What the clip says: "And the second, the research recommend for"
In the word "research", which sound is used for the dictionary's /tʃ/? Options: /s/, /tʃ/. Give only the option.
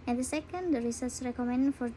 /s/